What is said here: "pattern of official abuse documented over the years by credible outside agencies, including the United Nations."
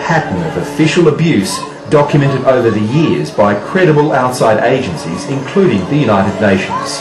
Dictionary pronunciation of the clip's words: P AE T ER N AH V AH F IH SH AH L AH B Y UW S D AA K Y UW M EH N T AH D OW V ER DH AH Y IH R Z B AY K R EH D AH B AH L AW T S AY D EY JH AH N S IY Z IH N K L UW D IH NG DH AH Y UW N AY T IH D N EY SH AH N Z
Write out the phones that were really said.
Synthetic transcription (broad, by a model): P AE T N AH V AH F IH SH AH L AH B Y UW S D AA K Y UW M EH N T AH D OW V ER DH AH Y IH R Z B AY K R EH D AH B AH L AW T S AY D EY JH AH N S IY Z IH N K L UW D IH NG DH AH Y UW N AY T IH D N EY SH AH N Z